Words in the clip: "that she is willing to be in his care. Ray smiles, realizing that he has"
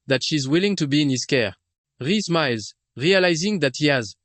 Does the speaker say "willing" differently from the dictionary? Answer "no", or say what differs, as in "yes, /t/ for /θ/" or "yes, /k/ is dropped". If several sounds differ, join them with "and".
no